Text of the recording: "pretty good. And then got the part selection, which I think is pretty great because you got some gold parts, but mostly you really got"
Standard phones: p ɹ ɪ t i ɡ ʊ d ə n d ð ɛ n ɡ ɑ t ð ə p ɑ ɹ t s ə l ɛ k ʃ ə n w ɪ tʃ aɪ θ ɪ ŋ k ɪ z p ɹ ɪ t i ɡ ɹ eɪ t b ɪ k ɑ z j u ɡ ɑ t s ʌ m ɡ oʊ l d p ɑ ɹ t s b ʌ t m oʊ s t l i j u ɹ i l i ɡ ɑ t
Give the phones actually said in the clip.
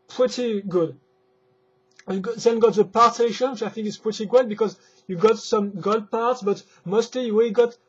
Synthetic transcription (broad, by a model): p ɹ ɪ t i ɡ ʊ d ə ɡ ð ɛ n ɡ ɑ t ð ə p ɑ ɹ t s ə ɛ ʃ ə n w ɪ tʃ aɪ θ ɪ ŋ k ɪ s p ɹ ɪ t i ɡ eɪ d b ɪ k ɑ z j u ɡ ɑ t s ʌ m ɡ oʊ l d p ɑ ɹ t s b ʌ t m oʊ s t l i j u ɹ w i ɡ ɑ t